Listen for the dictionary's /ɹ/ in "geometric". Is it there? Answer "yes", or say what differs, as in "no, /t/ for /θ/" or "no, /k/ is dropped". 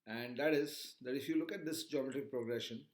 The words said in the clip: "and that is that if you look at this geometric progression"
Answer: no, /ɹ/ is dropped